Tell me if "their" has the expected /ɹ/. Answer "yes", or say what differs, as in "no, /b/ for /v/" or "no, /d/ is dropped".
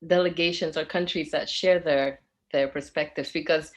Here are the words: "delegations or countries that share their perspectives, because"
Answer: yes